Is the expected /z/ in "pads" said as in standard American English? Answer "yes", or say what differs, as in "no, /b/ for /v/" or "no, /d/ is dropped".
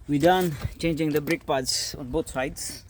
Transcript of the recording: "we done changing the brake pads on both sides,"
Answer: no, /s/ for /z/